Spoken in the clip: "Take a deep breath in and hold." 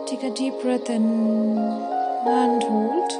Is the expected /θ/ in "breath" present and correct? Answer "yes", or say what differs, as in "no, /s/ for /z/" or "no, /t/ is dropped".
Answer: no, /t/ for /θ/